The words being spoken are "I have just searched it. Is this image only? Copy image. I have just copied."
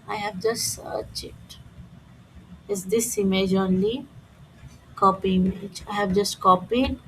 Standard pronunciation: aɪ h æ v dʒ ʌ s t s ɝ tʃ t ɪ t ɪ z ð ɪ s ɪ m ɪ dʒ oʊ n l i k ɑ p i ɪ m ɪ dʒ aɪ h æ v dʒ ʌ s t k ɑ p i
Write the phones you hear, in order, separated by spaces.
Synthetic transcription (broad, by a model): aɪ h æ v dʒ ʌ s s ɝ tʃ ɪ t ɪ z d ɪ s ɪ m ɪ dʒ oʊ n l i k ɑ p i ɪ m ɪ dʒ aɪ h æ v dʒ ʌ s t k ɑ p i